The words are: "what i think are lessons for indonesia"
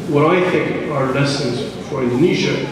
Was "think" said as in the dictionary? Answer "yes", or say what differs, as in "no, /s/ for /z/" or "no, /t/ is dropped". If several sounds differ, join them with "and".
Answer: yes